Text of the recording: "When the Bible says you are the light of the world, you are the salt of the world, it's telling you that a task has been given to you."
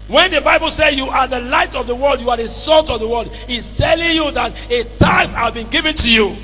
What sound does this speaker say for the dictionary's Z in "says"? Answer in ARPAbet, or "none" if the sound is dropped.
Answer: none